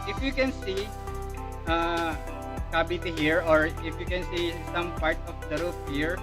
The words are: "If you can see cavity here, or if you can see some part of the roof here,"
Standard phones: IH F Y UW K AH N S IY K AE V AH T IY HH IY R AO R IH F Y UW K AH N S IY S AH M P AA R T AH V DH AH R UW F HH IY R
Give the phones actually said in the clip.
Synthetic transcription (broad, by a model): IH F Y UW K AH N S IY K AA B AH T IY HH IY R AO R IH F Y UW K AH N S IY S AH M P AA R T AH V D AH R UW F HH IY R